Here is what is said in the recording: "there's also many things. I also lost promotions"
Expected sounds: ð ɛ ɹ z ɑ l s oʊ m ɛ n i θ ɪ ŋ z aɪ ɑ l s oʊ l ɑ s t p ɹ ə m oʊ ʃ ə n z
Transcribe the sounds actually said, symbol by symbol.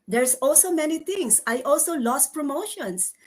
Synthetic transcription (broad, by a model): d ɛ ɹ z ɑ l s oʊ m ɛ n i t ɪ ŋ s aɪ ɑ l s oʊ l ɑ s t p ɹ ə m oʊ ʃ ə n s